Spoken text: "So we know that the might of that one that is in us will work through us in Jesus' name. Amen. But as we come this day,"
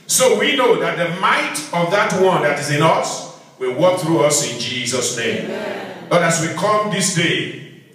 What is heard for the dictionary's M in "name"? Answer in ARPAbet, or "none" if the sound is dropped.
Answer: none